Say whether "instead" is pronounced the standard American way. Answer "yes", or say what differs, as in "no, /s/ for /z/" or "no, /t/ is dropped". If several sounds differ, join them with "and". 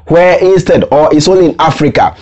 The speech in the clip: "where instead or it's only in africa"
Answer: yes